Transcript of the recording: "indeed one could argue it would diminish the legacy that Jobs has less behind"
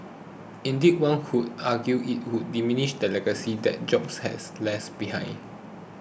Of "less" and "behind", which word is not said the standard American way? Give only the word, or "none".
behind